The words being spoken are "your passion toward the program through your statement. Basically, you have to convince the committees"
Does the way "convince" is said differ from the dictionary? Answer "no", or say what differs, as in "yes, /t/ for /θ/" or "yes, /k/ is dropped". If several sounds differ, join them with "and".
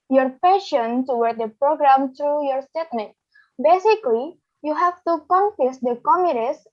yes, /f/ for /v/ and /n/ is dropped